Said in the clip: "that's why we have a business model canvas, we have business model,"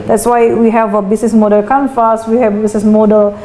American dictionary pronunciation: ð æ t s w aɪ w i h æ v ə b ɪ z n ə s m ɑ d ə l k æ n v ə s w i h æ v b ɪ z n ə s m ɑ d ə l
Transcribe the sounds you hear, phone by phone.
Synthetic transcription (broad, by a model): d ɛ t s w aɪ w i h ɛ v ə b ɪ s n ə s m ɑ d ə l k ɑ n f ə s w i h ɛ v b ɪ s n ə s m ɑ d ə l